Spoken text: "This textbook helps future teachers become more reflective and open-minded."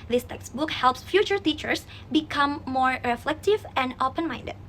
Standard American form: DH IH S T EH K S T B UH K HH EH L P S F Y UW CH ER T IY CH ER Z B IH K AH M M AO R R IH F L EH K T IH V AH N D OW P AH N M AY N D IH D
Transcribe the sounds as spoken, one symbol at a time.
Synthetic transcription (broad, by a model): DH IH S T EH K S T B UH K HH EH L P S F Y UW CH ER T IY CH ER S B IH K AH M M AO R R IH F L EH K T IH V AH N D OW P AH N M AY N D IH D